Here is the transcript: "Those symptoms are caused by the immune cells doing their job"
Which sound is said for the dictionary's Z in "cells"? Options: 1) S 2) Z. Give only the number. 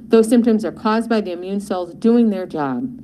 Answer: 2